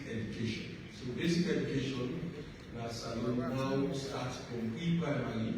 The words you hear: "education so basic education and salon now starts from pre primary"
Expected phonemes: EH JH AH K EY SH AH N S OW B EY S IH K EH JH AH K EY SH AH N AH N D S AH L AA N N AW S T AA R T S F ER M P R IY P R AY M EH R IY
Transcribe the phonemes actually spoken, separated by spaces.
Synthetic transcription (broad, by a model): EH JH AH K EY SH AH N S OW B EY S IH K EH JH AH K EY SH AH N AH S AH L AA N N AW S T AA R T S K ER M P L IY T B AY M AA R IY